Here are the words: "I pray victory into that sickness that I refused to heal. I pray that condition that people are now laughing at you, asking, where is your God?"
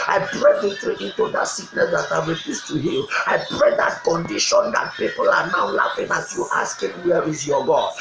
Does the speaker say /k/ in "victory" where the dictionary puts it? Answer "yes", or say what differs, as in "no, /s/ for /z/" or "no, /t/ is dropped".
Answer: no, /k/ is dropped